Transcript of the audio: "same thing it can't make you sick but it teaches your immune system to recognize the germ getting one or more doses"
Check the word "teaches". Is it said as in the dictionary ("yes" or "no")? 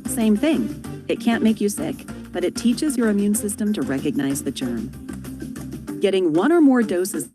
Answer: yes